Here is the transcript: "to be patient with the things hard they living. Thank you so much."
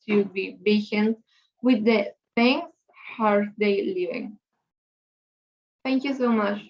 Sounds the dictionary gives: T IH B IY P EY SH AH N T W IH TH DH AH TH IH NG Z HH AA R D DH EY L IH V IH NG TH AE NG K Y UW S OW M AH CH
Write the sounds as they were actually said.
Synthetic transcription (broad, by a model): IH B IY B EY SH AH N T W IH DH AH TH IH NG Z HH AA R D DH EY L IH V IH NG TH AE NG K Y UW S OW M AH CH